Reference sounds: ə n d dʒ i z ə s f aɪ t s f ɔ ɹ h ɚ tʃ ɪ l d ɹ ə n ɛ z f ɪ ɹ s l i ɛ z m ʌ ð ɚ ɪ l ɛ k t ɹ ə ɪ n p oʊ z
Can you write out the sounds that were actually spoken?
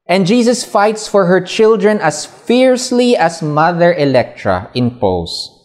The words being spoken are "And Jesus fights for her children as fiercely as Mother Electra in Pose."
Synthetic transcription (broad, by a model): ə n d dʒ i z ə s f aɪ t s f ɔ ɹ h ɚ tʃ ɪ l d ɹ ə n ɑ s f ɪ ɹ s l i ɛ s m ʌ ð ɚ ɪ l ɛ k t ɹ ə ɪ n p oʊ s